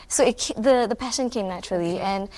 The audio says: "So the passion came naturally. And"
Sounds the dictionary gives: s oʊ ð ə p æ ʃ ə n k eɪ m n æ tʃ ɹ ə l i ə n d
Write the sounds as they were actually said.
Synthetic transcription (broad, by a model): s oʊ ð ə p æ ʃ ə n k eɪ m n æ tʃ ɹ ə l i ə n